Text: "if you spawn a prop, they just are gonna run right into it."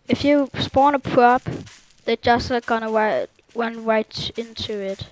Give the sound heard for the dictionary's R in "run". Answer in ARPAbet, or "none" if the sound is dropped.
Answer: W